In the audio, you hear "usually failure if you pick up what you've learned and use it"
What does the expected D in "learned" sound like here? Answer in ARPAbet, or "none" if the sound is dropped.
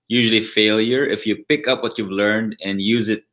D